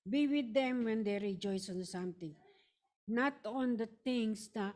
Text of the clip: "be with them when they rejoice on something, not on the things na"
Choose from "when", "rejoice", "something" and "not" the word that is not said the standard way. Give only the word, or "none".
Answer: something